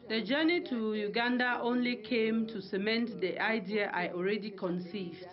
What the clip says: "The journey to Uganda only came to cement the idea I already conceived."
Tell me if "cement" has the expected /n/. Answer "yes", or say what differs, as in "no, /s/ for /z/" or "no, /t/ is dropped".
yes